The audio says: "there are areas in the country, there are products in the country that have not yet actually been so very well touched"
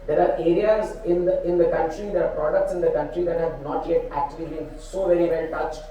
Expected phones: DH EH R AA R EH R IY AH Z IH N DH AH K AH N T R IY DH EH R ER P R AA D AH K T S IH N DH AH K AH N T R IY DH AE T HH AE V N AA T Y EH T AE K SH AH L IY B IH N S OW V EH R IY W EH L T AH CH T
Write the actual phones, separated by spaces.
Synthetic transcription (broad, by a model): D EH R AA R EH R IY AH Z IH N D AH K AH N T R IY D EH R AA P R AA D AH K T S IH N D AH K AH N T R IY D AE T HH AE V N AA T Y EH T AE K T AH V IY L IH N S OW V EH R IY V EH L T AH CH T